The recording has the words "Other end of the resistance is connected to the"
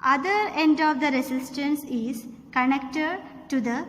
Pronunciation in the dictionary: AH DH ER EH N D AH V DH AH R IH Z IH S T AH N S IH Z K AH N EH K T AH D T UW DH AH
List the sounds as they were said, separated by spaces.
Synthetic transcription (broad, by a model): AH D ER EH N D AH V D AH R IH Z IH S T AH N S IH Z K AH N EH K T AH D T UW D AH